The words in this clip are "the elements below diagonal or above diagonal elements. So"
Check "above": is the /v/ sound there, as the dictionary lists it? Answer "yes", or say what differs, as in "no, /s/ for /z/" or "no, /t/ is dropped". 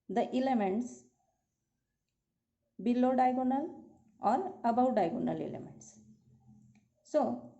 no, /w/ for /v/